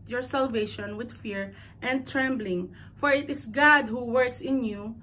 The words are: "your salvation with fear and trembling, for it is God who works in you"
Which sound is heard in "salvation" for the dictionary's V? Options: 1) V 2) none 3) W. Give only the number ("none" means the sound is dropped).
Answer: 1